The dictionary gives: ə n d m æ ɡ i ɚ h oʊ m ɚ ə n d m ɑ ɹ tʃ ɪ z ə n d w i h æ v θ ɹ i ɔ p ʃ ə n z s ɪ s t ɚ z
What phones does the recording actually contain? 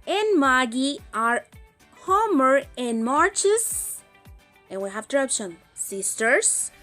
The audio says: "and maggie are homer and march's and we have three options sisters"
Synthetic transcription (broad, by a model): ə n m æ ɡ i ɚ h oʊ m ɚ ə n m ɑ ɹ tʃ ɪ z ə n w i h æ v t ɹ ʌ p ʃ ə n s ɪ s t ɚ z